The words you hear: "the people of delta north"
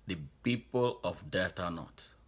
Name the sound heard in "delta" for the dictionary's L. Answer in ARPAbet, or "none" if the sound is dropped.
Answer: none